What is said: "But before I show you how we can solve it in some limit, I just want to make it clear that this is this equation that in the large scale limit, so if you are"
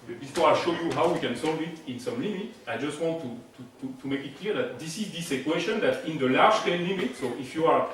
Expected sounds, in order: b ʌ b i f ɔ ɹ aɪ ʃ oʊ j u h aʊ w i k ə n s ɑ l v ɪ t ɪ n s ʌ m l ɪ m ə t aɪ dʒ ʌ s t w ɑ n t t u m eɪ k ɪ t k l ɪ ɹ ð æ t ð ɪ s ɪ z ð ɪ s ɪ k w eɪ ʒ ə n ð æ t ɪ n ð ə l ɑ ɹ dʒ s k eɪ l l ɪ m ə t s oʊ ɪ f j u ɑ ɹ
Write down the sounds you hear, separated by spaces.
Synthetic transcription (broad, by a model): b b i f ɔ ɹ aɪ ʃ oʊ j u h aʊ w i k ə n s ɑ l v ɪ t ɪ n s ʌ m l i m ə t aɪ dʒ ʌ s t w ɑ n t t u m eɪ k ɪ t k l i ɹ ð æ t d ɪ s ɪ z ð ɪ s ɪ k w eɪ ʃ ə n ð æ t ɪ n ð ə l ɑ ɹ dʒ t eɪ n l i m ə t s oʊ ɪ f j u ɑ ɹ